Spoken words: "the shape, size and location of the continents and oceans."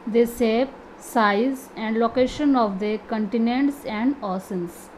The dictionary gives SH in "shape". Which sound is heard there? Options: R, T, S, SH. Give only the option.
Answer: S